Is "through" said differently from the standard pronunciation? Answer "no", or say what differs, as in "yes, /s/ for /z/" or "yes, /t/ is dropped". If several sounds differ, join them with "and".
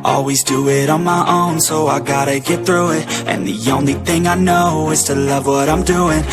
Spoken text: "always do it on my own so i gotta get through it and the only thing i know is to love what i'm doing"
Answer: no